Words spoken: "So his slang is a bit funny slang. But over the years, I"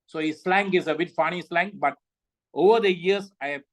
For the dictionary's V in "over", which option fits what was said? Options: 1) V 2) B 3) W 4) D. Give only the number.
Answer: 1